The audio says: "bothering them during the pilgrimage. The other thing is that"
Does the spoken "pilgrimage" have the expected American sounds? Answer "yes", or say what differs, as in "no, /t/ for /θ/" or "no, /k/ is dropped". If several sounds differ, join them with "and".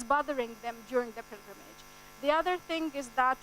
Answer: yes